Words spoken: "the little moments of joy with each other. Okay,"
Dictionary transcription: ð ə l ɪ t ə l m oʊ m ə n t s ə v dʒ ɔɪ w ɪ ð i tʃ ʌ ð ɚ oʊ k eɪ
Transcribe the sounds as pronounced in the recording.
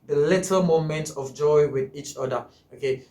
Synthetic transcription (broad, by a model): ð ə l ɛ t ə m oʊ m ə n t ə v dʒ ɔɪ w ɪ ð i tʃ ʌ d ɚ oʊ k eɪ